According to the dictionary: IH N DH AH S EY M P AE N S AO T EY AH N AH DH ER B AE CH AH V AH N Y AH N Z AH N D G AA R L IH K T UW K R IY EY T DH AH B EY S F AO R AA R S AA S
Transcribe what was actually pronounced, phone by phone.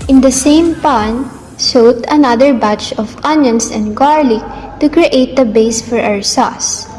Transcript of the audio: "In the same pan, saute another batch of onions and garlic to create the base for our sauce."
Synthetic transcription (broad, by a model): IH N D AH S EY M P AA N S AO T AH N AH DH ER B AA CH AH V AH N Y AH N S AH N D G AA R L IH K T UW K R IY EY T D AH B EY S F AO R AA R S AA S